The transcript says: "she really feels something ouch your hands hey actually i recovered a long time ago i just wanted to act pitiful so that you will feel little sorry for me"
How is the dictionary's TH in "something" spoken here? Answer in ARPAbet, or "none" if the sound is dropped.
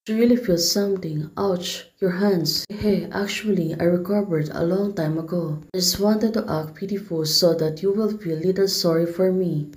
T